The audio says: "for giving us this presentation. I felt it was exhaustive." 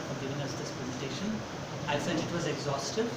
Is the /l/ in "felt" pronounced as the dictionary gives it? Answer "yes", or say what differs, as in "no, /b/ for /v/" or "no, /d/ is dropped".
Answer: no, /l/ is dropped